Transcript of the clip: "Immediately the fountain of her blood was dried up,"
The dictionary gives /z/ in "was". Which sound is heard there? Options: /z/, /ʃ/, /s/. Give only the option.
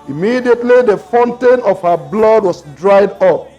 /s/